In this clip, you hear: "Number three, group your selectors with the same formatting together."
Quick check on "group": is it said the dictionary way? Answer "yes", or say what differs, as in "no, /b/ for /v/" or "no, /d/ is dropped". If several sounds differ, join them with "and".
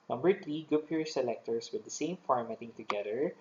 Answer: no, /ɹ/ is dropped